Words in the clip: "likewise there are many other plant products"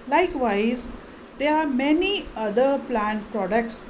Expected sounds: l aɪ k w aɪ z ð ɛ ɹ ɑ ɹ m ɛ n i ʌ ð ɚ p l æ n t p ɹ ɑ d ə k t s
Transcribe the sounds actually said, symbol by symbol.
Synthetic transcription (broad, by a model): l aɪ k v aɪ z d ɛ ɹ ɑ ɹ m ɛ n i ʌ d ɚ p l æ n t p ɹ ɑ d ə k t s